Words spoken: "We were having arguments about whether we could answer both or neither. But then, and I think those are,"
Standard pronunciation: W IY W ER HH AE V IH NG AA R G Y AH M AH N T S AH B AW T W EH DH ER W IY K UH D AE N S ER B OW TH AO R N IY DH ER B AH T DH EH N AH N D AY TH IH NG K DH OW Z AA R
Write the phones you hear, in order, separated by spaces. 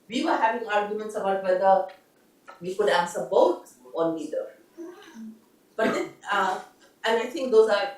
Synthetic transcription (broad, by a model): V IY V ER HH AE V IH NG AA R G Y AH M AH N T S AH B AW T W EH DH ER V IY K UH D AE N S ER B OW T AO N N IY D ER B AH T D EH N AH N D AY T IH NG K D OW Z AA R